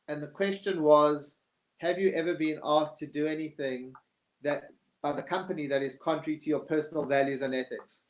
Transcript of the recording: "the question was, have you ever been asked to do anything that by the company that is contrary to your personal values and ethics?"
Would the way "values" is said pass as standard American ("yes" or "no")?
yes